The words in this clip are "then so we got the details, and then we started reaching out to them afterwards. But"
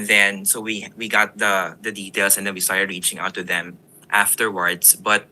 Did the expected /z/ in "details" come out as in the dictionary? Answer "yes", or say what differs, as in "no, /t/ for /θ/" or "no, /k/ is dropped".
no, /s/ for /z/